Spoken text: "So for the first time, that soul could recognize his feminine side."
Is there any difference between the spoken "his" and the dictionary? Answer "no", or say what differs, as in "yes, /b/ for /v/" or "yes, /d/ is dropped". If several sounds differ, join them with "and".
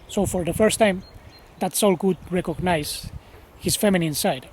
yes, /s/ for /z/